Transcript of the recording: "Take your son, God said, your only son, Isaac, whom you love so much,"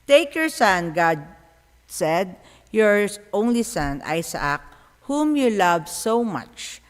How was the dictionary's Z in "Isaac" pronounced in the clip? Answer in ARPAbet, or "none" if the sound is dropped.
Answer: S